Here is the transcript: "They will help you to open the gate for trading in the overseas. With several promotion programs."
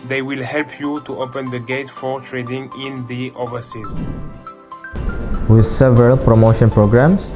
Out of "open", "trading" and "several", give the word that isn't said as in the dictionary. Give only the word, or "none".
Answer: none